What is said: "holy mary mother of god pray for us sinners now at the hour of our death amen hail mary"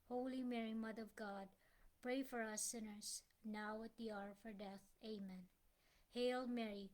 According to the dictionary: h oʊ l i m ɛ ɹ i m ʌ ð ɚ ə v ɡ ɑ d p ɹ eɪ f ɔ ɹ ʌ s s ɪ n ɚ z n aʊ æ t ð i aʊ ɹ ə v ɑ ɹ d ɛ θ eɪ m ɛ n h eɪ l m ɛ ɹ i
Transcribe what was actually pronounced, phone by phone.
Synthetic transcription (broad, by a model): h oʊ l i m ɛ ɹ i m ʌ ð ɚ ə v ɡ ɑ d p ɹ eɪ f ɔ ɹ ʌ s s ɪ n ɚ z n aʊ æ t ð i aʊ ɹ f ɑ ɹ d ɛ θ eɪ m ɛ n h eɪ l m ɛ ɹ i